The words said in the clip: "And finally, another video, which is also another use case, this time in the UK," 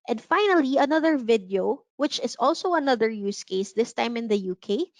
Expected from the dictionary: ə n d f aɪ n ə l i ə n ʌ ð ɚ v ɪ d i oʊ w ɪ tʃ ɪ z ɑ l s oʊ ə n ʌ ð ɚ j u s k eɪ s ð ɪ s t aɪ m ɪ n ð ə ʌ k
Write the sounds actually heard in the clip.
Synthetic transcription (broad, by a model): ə n d f aɪ n ə l i ə n ʌ ð ɚ v ɪ d i oʊ w ɪ tʃ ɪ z ɑ l s oʊ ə n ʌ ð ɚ j u s k eɪ s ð ɪ s t aɪ m ɪ n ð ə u k